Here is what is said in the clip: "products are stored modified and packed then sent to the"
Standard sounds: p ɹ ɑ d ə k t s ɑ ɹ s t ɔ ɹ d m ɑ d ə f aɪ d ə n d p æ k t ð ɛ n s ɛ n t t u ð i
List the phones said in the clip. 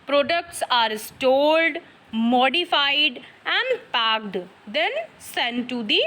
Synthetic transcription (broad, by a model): p ɹ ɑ d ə k t s ɑ ɹ s t ɔ l d m ɑ d ə f aɪ d ə n d p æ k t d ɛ n s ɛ n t t u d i